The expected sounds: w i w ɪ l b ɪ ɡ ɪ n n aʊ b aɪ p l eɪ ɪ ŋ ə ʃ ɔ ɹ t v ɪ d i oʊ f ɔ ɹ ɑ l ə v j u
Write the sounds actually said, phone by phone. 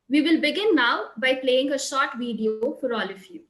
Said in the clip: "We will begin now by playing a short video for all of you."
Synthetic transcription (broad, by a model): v i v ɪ l b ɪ ɡ ɪ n n aʊ b aɪ p l eɪ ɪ ŋ ə ʃ ɔ ɹ t v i d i oʊ f ɔ ɹ ɑ l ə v j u